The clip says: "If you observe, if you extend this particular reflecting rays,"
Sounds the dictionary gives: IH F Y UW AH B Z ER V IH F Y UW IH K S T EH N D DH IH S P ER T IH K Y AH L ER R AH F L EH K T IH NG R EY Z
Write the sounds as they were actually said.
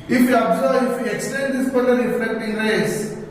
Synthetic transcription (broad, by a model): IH F Y UW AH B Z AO IH F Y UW IH K S T EH N D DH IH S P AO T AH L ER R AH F EH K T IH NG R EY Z